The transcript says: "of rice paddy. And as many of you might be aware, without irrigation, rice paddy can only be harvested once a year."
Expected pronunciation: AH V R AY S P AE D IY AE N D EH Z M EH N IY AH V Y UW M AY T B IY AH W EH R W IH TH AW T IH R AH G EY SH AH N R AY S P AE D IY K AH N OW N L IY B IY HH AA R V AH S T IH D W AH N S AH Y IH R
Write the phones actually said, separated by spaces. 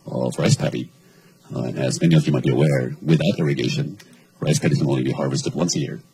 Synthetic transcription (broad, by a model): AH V R AY S P AE D IY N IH Z M EH N IY AH V Y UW M AY T B IY AH W EH R W IH TH AW T IH R AH G EY SH AH N R AY S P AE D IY K AH N OW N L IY B IY HH AA R V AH S T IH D W AH N S AH Y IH R